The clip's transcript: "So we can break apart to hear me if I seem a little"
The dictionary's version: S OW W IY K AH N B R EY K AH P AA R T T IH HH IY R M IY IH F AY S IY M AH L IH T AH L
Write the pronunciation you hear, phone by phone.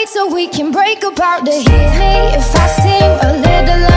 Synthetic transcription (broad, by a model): S OW W IY K AH N B R EY K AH B AA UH T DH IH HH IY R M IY IH F AY S IY M AH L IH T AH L